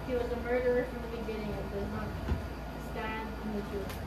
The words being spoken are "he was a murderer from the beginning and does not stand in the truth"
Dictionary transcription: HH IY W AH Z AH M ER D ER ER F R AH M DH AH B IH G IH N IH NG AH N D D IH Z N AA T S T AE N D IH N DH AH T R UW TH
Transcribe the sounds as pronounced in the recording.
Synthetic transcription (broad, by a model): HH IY W AH Z AH M ER D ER ER F R AH M DH AH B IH G IH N IH NG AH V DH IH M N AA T S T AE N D IH N DH AH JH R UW